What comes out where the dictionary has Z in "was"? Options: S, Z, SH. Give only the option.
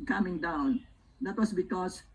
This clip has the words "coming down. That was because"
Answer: S